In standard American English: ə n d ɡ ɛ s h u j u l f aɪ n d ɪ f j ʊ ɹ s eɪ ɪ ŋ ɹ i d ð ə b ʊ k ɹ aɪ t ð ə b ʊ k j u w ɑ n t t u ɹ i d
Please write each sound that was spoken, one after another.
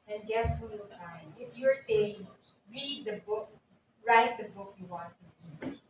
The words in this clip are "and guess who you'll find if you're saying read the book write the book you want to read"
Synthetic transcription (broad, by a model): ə n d ɡ ɛ s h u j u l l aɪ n ɪ f j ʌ ɹ s eɪ ɪ ŋ ɹ i d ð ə b ʊ k ɹ aɪ t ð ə b ʊ k j u w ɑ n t t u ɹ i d